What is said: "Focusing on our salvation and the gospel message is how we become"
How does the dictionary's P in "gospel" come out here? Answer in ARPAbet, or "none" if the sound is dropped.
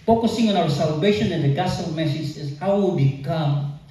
none